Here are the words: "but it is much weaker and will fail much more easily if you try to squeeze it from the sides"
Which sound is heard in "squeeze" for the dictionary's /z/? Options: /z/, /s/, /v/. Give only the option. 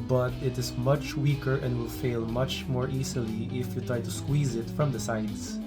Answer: /z/